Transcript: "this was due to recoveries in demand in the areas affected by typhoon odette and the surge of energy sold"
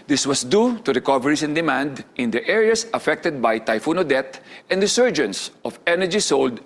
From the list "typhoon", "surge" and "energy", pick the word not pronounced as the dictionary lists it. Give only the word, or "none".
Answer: none